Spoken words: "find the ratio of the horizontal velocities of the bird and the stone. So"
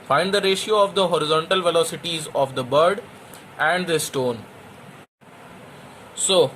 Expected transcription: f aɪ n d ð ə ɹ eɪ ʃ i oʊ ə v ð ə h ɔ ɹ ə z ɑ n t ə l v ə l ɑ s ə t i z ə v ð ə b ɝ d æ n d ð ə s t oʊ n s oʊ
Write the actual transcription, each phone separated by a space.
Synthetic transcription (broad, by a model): f aɪ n d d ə ɹ eɪ ʃ i oʊ ə v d ə h ɔ ɹ ə z ɑ n t ə l v ə l ɑ s ə t i z ə v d ə b ɝ d æ n d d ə s t oʊ n s oʊ